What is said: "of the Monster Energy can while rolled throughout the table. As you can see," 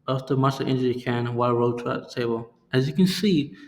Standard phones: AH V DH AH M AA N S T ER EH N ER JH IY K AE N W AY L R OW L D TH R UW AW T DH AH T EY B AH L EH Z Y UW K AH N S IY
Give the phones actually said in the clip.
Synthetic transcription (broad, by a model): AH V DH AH M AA S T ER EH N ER IY K AE N W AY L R OW D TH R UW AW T DH AH T EY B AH L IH Z Y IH K AH N S IY